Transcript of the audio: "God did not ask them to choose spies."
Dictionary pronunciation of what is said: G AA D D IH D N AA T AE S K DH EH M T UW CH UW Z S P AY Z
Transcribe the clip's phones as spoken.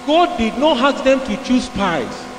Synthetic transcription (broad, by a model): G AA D D IH D N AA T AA K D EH M T UW CH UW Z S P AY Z